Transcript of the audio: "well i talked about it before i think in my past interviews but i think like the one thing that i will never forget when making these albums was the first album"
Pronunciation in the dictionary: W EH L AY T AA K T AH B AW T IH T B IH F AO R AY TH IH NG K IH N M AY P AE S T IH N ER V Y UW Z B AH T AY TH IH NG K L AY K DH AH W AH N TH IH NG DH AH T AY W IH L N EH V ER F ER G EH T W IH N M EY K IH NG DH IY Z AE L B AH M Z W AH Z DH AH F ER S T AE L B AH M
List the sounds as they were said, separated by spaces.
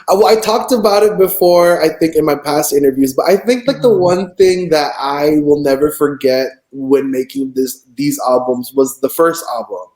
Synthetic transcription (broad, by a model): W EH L AY T AA K T AH B AW T IH T B IH F AO R AY TH IH NG K IH N M AY P AE S T IH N ER V Y UW Z B AH T AY TH IH NG K L AY K DH AH W AH N TH IH NG DH AH T AY W IH L N EH V ER F ER G EH T W IH N M EY K IH NG DH IY Z AE L B AH M Z W AH Z DH AH F ER S T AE L B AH M